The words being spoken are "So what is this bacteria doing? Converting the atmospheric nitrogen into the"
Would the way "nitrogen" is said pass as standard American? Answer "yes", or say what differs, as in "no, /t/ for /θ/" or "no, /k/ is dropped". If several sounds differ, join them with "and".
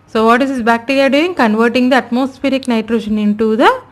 no, /ʃ/ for /dʒ/